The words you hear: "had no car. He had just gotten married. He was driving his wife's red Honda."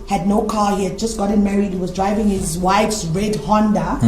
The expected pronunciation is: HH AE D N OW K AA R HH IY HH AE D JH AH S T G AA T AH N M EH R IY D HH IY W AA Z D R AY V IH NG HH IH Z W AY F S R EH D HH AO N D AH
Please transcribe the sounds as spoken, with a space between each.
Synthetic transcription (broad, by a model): HH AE D N OW K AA HH IY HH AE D JH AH S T G AA T AH N M EH R IY D HH IY W AA Z D R AY V IH NG HH IH Z W AY F S R EH D HH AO N D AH